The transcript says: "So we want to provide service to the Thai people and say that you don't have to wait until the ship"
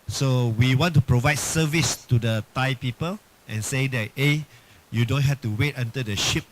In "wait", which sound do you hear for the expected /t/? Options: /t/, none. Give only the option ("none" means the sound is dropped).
/t/